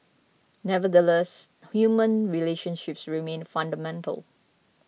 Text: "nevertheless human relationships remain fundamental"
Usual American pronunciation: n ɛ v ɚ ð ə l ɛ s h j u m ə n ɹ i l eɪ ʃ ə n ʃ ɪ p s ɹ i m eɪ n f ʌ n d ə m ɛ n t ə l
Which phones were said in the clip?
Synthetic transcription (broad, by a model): n ɛ v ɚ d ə l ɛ s h j u m ə n ɹ i l eɪ ʃ ə n ʃ ɪ p s ɹ i m eɪ n f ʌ n d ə m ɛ n t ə l